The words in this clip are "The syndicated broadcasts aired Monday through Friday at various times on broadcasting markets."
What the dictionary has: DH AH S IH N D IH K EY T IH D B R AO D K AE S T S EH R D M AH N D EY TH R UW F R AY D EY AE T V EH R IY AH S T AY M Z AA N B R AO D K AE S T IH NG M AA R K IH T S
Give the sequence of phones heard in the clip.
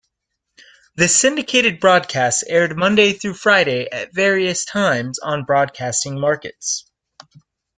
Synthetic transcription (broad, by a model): DH AH S IH N D IH K EY T IH D B R AO D K AE S T EH R D M AH N D EY TH R UW F R AY D EY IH T V EH R IY AH S T AY M Z N B R AO D K AE S T IH NG M AA R K IH T S